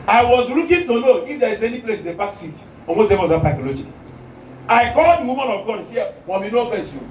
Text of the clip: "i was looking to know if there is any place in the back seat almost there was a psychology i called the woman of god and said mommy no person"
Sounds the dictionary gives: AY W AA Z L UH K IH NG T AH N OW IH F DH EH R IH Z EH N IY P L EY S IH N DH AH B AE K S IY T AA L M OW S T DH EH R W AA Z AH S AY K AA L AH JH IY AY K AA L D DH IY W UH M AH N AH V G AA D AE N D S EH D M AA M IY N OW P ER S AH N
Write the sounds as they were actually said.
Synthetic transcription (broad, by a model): AY W AA Z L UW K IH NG T AH N OW IH F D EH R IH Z EH N IY P L EY S IH N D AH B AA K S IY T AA M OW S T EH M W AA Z AH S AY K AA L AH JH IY AY K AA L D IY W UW M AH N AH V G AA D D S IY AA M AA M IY N OW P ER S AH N